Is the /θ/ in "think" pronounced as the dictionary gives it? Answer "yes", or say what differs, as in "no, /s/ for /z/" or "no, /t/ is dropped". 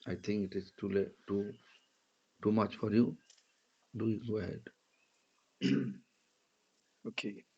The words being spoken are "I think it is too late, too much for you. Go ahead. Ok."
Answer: no, /t/ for /θ/